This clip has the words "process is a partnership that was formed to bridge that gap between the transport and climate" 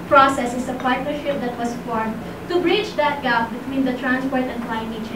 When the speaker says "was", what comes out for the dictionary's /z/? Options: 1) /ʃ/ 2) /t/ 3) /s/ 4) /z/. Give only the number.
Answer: 3